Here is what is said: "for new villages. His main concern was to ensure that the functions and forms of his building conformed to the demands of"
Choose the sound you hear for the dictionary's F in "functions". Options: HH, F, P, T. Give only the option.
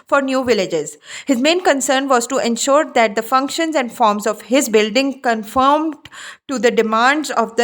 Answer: F